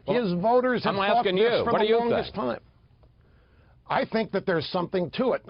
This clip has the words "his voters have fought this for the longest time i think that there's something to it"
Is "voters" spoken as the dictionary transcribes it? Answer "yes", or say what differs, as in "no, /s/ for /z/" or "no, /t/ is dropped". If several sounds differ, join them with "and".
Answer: yes